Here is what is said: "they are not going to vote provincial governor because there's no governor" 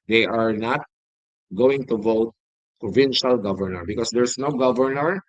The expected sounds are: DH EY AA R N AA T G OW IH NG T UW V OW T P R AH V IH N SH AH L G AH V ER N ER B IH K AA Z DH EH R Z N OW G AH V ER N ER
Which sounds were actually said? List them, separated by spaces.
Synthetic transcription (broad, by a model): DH EY AA R N AA T G OW IH NG T UW V OW T P R AH V IH N SH AH L G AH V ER N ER B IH K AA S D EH R S N OW G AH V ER N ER